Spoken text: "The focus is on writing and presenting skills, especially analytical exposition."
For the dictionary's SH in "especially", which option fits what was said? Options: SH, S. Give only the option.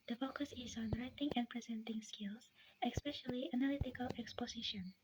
SH